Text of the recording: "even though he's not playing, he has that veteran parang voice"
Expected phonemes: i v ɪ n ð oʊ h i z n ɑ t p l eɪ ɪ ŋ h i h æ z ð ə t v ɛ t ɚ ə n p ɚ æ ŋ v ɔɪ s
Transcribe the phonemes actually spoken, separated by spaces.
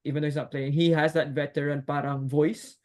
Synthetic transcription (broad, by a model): i v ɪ n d oʊ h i s n ɑ t p l eɪ ɪ ŋ h i h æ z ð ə t v ɛ t ɚ ə n p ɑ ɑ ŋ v ɔɪ s